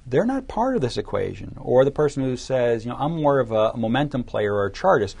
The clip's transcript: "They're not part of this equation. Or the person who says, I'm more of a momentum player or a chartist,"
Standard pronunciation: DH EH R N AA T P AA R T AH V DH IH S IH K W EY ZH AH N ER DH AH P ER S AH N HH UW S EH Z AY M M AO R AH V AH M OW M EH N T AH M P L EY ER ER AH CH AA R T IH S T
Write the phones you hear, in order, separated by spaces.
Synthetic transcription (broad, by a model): DH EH R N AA T P AA R T AH V DH IH S IH K W EY ZH AH N ER DH AH P ER S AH N HH UW S EH Z AY M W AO R AH V AH M OW M EH N T AH M P L EY ER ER AH CH AA R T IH S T